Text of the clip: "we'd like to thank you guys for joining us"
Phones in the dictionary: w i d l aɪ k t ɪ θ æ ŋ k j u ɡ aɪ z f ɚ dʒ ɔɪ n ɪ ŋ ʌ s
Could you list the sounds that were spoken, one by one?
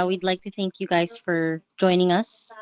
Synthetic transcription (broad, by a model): w i d l aɪ k t ɪ θ æ ŋ k j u ɡ aɪ z f ɚ dʒ ɔɪ n ɪ ŋ ʌ s